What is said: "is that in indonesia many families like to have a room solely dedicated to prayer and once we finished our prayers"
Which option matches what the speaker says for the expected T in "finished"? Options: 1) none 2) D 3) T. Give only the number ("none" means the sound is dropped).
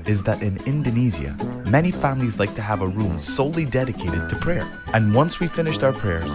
3